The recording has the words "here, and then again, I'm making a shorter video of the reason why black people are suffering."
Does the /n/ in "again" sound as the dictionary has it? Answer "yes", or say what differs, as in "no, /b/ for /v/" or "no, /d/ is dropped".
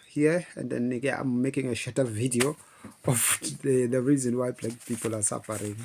no, /n/ is dropped